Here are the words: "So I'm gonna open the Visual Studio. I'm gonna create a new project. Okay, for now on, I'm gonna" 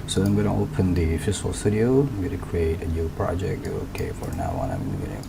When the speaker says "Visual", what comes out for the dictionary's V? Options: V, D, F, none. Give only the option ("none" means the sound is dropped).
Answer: F